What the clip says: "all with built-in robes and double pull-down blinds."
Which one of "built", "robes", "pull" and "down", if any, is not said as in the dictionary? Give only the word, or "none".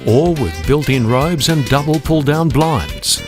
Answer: none